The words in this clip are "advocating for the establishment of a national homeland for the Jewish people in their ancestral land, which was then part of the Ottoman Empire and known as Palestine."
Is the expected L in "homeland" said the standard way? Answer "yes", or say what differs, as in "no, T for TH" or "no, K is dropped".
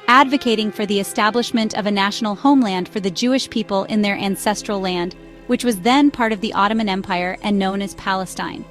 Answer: yes